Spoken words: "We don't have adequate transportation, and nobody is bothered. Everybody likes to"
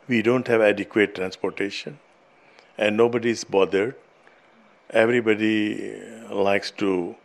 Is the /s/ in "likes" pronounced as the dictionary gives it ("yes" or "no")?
yes